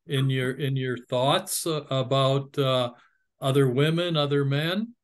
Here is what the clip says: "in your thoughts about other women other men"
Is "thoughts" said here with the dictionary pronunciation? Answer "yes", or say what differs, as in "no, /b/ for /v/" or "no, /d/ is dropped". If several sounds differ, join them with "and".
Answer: yes